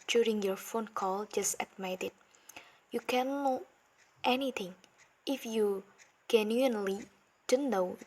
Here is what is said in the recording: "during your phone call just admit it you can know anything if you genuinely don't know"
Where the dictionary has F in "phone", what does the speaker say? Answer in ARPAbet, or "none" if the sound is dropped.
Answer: F